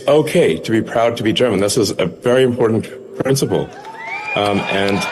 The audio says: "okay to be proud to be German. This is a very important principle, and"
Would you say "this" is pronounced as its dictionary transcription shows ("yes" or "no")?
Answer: yes